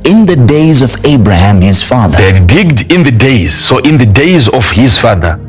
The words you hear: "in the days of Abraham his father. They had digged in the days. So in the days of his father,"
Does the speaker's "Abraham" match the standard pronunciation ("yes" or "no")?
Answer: yes